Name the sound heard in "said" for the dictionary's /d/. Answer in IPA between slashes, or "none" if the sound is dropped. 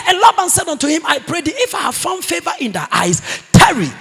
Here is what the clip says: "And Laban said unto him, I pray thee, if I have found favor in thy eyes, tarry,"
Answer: /d/